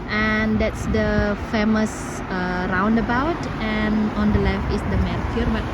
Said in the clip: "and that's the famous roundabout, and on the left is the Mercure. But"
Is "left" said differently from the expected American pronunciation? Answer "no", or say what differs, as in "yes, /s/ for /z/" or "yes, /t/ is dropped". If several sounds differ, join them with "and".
yes, /t/ is dropped